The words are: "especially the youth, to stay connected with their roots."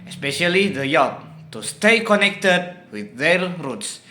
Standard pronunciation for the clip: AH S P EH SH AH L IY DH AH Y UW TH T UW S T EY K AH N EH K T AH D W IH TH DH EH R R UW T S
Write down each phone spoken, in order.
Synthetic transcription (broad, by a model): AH S P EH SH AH L IY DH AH Y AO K T UW S T EY K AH N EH K T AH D W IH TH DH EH L R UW T S